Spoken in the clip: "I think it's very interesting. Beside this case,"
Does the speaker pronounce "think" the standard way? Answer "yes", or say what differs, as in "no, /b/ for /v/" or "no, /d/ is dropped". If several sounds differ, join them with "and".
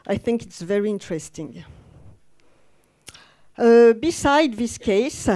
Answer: yes